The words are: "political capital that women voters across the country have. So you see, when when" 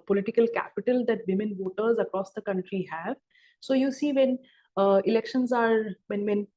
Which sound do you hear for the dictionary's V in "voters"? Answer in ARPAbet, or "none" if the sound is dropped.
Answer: V